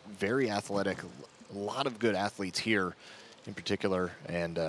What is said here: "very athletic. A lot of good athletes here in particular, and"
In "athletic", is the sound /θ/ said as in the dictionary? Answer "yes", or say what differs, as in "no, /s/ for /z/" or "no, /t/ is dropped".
yes